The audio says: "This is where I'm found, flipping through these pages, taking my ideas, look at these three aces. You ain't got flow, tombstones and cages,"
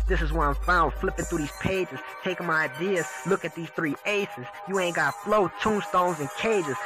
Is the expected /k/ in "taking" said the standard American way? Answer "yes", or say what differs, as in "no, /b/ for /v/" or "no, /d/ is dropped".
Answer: no, /k/ is dropped